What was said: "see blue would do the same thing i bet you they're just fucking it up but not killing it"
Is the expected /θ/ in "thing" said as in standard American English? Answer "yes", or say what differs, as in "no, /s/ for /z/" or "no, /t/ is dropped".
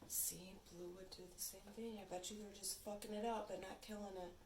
yes